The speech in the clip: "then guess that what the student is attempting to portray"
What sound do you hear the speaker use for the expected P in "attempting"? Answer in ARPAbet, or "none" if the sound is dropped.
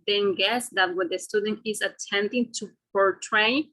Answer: none